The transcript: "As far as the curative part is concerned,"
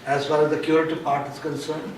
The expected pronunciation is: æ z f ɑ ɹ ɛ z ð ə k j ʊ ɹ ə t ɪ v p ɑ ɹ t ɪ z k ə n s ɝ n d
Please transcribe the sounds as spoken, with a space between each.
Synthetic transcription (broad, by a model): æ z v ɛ l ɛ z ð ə k j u ɹ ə t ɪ p ɑ ɹ t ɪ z k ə n s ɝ n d